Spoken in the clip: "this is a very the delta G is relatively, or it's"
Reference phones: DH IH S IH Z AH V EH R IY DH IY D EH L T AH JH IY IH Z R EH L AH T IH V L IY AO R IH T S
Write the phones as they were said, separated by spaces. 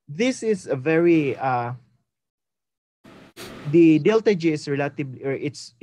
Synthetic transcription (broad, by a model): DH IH S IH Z AH V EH R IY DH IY D EH L T AH JH IY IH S R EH L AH T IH B L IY AO R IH T S